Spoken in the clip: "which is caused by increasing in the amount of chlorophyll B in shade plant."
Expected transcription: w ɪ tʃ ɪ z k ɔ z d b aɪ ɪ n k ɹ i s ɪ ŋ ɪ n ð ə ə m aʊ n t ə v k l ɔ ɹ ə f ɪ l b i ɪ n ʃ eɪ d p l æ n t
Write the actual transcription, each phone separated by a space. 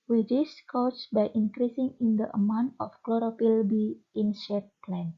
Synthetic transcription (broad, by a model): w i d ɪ s k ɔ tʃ b aɪ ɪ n k ɹ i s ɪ ŋ ɪ n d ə ə m aʊ n t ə f k l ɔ ɹ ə p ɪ l b i ɪ n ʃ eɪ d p l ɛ n